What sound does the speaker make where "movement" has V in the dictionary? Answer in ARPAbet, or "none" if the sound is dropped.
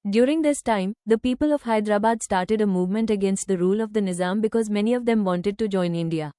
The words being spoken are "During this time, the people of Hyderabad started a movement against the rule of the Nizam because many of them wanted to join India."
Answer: V